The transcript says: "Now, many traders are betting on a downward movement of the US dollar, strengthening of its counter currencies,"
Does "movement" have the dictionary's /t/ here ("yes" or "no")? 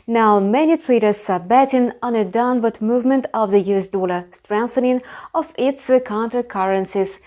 yes